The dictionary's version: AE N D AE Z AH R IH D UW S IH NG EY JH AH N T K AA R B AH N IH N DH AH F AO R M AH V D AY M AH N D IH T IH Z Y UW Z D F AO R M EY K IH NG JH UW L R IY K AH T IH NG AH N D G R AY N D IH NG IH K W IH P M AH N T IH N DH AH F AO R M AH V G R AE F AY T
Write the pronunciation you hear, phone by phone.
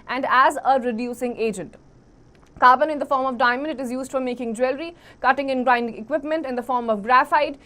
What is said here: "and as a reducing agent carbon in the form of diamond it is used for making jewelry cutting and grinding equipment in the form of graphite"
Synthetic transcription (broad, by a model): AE N D AE Z AH R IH D UW S IH NG EY JH AH N T K AA R B AH N IH N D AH F AO R M AH V D AY M AH N D IH T IH Z Y UW Z D F AO R M EY K IH NG JH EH L R IY K AH T IH NG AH N G R AY N D IH NG IH K W IH P M AH N T IH N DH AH F AO R M AH V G R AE F AY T